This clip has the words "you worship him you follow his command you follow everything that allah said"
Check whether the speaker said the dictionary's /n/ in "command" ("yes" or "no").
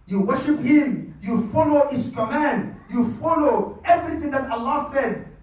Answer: yes